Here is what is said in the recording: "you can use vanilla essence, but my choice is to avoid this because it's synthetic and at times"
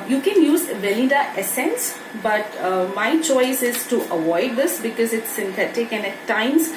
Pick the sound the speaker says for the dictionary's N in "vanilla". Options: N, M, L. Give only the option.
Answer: L